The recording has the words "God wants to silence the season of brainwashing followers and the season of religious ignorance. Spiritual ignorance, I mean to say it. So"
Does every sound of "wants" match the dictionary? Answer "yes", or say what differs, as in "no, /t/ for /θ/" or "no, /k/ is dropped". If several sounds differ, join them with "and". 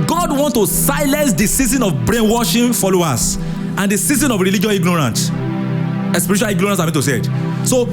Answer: no, /s/ is dropped